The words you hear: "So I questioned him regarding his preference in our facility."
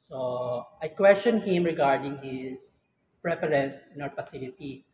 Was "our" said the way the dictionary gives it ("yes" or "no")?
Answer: no